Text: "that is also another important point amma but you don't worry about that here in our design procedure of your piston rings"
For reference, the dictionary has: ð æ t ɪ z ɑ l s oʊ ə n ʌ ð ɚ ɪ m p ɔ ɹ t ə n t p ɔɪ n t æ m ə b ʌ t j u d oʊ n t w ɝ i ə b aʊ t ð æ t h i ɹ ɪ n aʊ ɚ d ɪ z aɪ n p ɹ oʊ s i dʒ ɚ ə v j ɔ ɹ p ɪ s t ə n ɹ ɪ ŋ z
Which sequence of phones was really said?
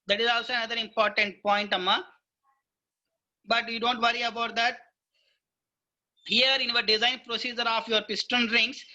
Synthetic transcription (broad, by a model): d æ t ɪ z ɑ l s oʊ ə n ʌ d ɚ ɪ m p ɔ ɹ t ə n t p ɔɪ n t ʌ m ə b ʌ t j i d oʊ n t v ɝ i ə b aʊ t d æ t h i ɹ ɪ n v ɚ d ɪ z aɪ n p ɹ oʊ s i dʒ ɚ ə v j ɔ ɹ p ɪ s t ə n ɹ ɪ ŋ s